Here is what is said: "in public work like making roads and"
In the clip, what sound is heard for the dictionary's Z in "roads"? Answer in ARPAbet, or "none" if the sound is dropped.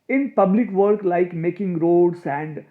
S